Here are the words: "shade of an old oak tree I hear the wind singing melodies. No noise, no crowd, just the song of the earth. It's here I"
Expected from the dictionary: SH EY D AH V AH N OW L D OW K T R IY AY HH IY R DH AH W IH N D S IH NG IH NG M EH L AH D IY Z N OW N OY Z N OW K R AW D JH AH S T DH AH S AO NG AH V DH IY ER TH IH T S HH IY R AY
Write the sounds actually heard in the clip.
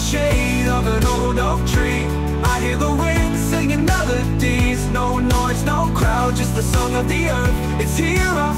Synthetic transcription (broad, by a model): SH EY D AH V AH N OW L D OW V T R IY AY HH IY R DH AH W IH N S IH NG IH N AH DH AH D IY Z N OW N OY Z N OW K R AW D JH AH S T DH AH S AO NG AH V DH IY ER TH IH T S HH IY R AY